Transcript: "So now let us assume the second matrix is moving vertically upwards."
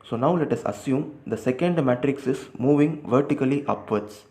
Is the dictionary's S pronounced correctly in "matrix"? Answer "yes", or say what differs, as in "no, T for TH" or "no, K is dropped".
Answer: yes